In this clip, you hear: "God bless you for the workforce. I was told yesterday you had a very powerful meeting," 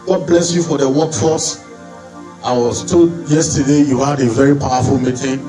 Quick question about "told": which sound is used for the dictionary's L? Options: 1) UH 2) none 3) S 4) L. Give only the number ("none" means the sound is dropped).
2